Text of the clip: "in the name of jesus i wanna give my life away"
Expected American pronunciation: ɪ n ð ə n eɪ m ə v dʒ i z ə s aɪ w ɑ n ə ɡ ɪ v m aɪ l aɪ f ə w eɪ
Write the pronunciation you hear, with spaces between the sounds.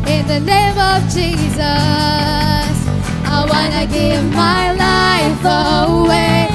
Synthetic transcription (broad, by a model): ɪ n ð ə n eɪ m ə v dʒ i z ə s aɪ w ɑ n ə ɡ ɪ v m aɪ l aɪ f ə w eɪ